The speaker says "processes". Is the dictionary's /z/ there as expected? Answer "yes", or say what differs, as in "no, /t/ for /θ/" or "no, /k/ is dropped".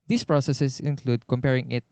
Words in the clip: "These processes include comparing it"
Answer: no, /s/ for /z/